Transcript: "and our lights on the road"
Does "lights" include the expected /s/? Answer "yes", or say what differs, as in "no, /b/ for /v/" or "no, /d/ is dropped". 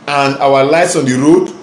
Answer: yes